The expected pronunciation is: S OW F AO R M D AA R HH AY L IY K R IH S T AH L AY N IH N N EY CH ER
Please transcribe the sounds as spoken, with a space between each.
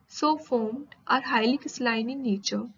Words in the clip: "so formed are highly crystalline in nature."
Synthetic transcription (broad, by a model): S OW F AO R M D AA R HH AY L IY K IH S L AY N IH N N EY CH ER